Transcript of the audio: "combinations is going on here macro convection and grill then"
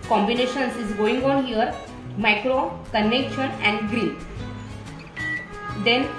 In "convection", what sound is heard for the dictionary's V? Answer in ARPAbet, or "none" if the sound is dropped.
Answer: none